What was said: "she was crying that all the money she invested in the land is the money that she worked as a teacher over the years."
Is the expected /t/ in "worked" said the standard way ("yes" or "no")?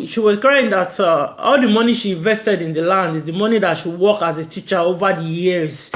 no